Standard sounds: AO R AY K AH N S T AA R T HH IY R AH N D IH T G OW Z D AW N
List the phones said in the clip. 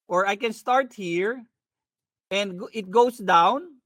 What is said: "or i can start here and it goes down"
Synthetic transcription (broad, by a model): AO R AY K AH N S T AA R T HH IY R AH N D IH T G OW S D AW N